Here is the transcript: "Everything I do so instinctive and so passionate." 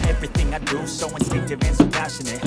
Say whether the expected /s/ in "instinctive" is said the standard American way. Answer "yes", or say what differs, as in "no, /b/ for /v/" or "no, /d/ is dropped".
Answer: no, /s/ is dropped